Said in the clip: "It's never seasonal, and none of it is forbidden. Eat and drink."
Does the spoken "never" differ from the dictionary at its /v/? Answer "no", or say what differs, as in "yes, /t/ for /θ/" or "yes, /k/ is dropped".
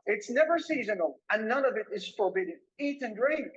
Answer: no